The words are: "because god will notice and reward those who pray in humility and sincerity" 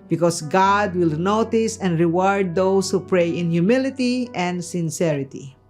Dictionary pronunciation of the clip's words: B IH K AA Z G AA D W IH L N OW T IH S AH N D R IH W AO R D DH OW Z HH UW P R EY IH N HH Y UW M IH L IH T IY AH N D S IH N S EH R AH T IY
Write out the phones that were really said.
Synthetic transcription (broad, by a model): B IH K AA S G AA D W IH L N OW T IH S AH N D R IH W AO R D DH OW S HH UW P R EY IH N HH Y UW M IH L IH T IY AH N D S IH N S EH R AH T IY